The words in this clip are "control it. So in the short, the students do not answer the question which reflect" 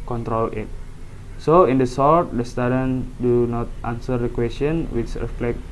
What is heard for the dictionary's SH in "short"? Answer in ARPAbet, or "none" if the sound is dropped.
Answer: S